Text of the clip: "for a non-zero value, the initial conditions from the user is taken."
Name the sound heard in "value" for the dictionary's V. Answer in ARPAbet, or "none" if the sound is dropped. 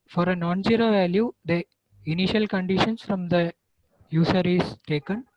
V